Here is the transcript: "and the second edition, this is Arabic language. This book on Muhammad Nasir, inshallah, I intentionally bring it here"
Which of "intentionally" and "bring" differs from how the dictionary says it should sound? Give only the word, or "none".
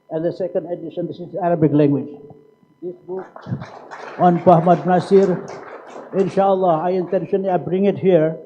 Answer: intentionally